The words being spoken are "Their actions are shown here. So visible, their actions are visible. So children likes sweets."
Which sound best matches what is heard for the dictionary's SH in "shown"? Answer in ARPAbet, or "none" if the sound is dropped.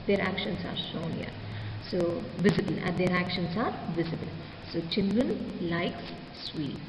S